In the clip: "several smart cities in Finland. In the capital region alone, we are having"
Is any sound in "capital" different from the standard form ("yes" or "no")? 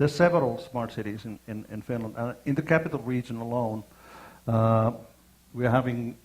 no